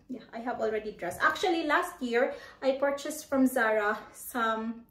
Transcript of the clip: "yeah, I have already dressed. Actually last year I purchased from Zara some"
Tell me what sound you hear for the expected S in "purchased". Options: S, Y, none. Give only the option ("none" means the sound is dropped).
S